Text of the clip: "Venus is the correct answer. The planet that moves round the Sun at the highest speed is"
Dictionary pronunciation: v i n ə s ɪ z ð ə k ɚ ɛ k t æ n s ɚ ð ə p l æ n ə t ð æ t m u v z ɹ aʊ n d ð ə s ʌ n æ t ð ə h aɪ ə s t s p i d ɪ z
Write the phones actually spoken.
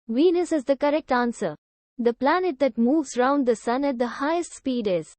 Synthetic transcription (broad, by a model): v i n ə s ɪ z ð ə k ɚ ɛ k t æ n s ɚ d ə p l æ n ə t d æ t m u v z ɹ aʊ n d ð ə s ʌ n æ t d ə h aɪ ə s t s p i d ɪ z